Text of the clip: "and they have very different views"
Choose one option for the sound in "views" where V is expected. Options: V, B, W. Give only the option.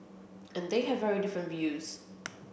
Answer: V